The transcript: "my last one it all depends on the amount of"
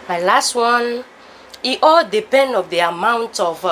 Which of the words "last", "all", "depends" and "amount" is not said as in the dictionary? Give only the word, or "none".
depends